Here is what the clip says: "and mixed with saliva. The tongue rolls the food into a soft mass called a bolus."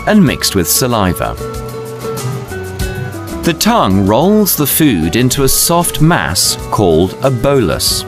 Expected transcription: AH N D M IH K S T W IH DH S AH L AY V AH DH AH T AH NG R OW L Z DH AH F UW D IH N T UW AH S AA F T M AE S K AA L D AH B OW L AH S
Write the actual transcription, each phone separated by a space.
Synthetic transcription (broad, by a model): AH N M IH K S T W IH DH S AH L AY V AH DH AH T AH NG R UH L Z DH AH F UW D IH N T UW AH S AA F T M AE S K AA L D AH B OW L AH S